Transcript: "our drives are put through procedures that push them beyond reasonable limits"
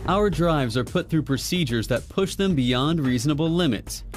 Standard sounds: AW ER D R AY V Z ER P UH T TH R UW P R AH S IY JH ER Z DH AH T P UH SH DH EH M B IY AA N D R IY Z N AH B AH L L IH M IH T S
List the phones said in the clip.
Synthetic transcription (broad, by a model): AW ER D R AY V Z ER P UH T TH R UW P R AH S IY JH ER Z DH AH T P UH SH DH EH M B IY AA N D R IY Z N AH B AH L L IH M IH T S